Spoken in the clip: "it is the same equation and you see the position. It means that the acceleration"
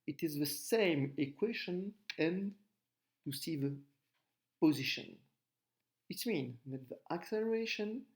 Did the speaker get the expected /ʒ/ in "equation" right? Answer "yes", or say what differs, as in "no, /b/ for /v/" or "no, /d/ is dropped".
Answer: no, /ʃ/ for /ʒ/